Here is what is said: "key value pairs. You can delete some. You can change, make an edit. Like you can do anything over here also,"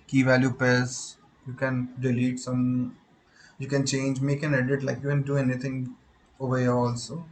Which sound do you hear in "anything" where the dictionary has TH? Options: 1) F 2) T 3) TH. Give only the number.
2